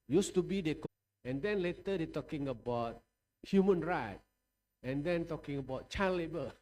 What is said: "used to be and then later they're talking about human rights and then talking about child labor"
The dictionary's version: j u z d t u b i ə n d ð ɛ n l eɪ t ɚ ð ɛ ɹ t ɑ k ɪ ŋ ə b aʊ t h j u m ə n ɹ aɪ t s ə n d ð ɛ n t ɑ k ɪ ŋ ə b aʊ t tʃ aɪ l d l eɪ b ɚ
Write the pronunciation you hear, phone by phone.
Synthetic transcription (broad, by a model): j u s t u b i ə n d ɛ n l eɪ t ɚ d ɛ t ɑ k ɪ ŋ ə b aʊ t h j u m ə n ɹ aɪ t ə n d ɛ n t ɑ k ɪ ŋ ə b aʊ t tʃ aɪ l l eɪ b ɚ